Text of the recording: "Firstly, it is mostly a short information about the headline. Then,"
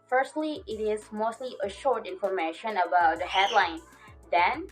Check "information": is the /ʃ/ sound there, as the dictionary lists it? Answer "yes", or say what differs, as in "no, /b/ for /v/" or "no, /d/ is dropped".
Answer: yes